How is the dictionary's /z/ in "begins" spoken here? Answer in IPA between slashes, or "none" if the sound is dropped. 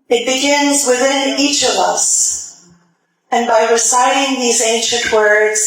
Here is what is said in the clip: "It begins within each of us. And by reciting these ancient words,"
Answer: /z/